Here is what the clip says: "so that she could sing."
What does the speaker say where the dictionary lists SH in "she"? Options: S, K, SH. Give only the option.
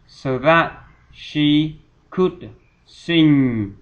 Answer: SH